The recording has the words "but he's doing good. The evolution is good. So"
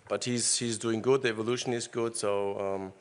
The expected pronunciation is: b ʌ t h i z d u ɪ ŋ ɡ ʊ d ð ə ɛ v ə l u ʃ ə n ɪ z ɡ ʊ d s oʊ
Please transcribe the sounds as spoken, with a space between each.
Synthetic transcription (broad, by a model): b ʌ t h i z d u ɪ ŋ ɡ ʊ d ð ə ɛ v ə l u ʃ ə n ɪ z ɡ ʊ d s oʊ